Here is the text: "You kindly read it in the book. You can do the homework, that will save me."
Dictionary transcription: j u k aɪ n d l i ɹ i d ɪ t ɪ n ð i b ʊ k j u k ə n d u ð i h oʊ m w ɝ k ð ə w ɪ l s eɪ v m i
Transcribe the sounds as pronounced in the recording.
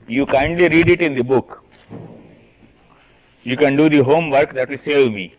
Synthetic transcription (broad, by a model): j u k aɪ n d l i ɹ i d ɪ t ɪ n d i b ʊ k j u k ə n d u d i h oʊ m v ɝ k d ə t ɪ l s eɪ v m i